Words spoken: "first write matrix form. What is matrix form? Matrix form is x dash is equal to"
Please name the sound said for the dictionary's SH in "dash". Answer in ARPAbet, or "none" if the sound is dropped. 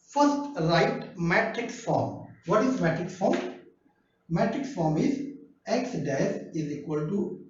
S